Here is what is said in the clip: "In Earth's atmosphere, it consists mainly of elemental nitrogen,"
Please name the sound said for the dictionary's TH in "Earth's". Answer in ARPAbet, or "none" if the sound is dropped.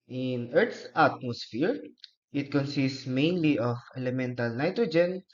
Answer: T